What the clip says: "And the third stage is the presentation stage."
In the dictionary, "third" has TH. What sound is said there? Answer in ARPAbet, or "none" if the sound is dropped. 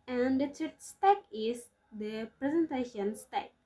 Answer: S